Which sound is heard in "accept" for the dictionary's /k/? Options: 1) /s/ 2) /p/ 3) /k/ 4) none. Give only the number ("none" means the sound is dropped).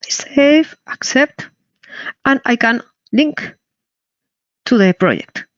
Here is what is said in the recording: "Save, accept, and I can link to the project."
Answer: 3